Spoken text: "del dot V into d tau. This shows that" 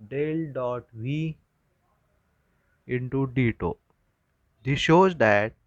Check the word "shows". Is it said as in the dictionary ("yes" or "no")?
yes